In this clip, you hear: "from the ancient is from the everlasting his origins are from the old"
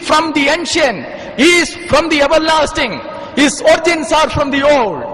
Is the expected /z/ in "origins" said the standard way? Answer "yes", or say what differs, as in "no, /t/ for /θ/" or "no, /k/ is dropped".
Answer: no, /s/ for /z/